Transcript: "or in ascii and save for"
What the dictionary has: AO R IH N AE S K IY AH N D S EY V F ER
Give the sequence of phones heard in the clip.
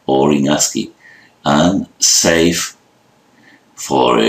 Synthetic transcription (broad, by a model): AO R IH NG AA S K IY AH N S EY F F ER